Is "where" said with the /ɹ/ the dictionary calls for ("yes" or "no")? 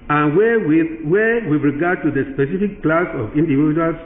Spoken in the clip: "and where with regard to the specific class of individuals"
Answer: no